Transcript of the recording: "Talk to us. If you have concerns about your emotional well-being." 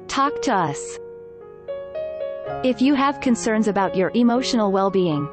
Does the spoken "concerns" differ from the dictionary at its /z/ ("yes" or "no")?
no